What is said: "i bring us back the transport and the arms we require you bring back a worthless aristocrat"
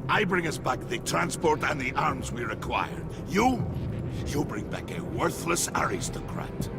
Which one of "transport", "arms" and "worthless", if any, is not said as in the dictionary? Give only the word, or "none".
none